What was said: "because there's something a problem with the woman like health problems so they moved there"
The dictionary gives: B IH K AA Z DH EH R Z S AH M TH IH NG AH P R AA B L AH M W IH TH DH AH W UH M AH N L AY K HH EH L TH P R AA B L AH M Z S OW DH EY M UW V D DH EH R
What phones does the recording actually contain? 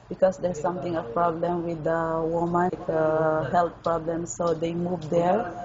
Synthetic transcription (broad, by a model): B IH K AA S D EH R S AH M T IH NG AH P R AA B L AH M W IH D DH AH W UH M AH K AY HH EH L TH P R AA B L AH M S OW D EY M UW V D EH R